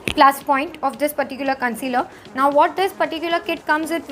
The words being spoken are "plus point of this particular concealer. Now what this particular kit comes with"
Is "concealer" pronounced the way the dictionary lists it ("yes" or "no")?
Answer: yes